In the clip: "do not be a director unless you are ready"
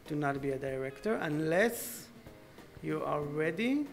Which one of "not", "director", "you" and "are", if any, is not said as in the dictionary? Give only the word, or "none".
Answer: are